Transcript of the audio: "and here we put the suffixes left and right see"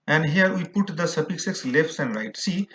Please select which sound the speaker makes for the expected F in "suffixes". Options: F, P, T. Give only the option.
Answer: P